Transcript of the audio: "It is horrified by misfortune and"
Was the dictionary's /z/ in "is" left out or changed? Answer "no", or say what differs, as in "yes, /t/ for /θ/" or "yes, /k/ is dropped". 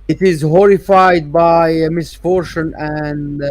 no